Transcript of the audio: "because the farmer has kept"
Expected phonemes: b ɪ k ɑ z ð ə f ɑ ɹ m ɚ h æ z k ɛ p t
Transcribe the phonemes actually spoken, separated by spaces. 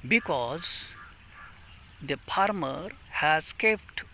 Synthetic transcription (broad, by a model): b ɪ k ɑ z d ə p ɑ ɹ m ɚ h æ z k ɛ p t